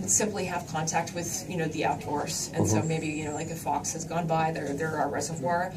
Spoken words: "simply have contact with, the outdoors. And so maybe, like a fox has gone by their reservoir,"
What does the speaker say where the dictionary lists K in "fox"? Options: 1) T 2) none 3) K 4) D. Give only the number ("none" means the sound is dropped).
3